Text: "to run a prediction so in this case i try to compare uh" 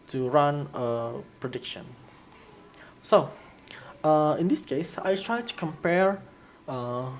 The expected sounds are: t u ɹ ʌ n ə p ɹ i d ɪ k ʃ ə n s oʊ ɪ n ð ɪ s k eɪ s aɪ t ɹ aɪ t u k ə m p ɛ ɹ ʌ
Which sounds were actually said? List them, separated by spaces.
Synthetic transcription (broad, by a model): t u ɹ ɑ n ə p ɹ i d ɪ k ʃ ə n s oʊ ɪ n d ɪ s k eɪ s aɪ t ɹ aɪ t u k ə m p ɛ ɹ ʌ